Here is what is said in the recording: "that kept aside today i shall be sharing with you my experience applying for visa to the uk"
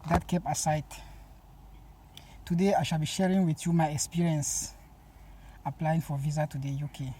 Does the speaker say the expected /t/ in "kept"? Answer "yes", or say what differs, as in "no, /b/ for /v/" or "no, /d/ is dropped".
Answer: no, /t/ is dropped